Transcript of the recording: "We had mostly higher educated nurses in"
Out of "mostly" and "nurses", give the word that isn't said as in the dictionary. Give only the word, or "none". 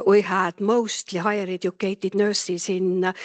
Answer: nurses